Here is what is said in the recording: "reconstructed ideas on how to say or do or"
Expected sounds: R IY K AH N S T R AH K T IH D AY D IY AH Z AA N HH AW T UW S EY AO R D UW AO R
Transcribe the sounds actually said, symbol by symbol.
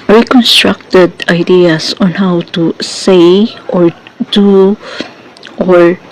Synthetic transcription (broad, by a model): R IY K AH N S T R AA K T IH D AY D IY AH S AA N HH AW T UW S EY AO R D UW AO R